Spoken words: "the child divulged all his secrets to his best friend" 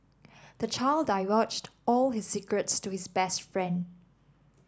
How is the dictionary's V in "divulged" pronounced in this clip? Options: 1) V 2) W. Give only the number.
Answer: 2